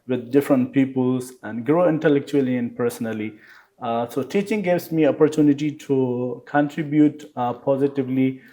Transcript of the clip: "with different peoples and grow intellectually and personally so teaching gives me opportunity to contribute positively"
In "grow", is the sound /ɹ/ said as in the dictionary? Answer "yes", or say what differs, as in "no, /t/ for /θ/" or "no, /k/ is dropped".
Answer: yes